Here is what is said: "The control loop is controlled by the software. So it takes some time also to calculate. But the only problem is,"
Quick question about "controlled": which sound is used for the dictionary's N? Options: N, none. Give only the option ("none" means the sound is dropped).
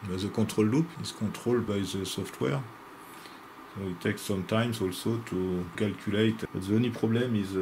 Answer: none